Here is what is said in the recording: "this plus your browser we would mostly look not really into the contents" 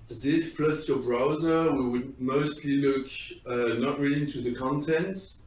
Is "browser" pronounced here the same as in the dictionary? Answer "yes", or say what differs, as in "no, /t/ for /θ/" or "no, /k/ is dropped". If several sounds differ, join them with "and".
yes